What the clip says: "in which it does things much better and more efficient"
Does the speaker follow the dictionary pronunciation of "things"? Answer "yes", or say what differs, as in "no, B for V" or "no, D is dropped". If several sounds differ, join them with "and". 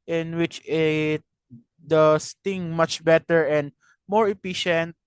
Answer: no, Z is dropped